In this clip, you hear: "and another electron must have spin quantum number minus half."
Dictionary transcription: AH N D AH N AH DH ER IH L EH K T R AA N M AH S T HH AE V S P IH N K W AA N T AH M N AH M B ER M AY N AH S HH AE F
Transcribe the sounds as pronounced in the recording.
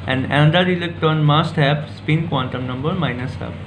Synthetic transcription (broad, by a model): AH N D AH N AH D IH L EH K T AA N M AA S T HH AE P S P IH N K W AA N T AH M N AH M B ER M AY N AH S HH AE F